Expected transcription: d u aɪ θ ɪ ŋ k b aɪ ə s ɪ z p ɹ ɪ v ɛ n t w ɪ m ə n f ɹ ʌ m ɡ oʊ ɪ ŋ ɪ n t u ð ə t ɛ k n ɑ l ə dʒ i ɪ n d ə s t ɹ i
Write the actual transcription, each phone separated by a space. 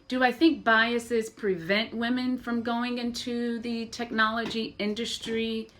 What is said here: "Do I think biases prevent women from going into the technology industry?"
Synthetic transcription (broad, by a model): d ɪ aɪ θ ɪ ŋ k b aɪ ə s ɪ z p ɹ ɪ v ɛ n t w ɪ m ə n f ɹ ʌ m ɡ oʊ ɪ ŋ ɪ n t u ð ə t ɛ k n ɑ l ə dʒ i ɪ n d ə s t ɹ i